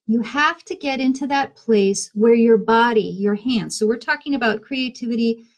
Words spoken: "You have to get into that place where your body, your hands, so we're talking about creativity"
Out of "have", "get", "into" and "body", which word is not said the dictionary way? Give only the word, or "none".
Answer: have